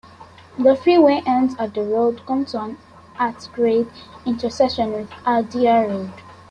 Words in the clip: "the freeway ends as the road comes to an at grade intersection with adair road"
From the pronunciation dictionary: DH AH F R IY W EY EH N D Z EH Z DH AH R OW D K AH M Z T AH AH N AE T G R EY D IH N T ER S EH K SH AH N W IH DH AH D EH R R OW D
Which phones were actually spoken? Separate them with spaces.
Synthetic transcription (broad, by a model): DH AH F R IY W EY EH N D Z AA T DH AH R OW D K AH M T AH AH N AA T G R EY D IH N T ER S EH SH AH N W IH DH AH D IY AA R OW D